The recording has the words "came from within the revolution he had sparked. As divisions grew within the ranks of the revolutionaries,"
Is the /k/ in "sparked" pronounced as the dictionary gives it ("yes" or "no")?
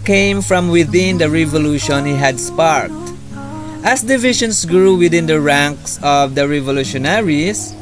yes